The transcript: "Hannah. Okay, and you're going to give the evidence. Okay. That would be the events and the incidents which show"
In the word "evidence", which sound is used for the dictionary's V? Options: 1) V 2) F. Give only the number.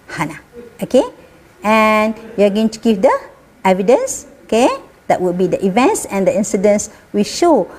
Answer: 1